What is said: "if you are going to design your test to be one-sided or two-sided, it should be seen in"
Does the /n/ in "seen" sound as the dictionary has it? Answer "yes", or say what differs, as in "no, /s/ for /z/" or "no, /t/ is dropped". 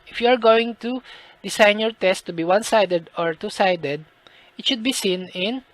yes